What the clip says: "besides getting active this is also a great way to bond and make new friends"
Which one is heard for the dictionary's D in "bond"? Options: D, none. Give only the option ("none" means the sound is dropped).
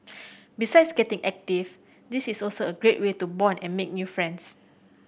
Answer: none